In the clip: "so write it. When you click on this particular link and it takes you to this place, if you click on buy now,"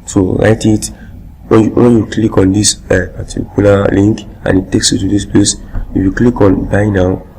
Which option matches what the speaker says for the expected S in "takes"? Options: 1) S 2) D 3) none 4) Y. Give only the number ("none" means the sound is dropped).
1